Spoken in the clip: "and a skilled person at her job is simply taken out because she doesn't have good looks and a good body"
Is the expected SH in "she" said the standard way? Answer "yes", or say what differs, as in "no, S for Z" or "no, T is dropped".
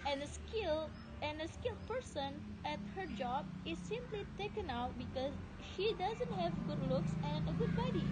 yes